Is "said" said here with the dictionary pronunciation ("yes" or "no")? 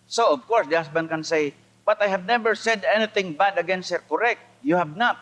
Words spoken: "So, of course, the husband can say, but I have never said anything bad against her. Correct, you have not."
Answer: yes